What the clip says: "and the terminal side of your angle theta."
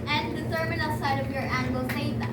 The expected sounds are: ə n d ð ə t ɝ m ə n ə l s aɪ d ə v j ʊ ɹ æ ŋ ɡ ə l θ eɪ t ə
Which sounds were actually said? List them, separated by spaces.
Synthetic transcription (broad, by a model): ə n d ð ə s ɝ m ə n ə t s aɪ d ə v j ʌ ɹ æ ŋ ɡ ə l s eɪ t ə